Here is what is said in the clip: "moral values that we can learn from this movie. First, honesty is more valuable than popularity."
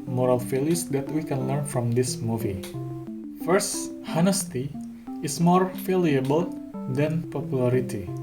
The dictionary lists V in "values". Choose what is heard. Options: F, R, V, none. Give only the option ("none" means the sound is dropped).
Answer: F